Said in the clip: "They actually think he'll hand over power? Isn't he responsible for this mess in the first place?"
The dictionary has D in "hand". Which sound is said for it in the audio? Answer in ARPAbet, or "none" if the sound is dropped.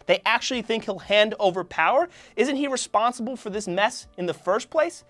D